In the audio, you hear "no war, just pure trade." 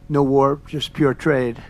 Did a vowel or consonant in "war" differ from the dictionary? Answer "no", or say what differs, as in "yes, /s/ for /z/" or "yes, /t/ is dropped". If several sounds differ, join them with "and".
no